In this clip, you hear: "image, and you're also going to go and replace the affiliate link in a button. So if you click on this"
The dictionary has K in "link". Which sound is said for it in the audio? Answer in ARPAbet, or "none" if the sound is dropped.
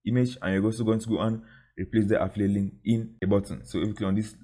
none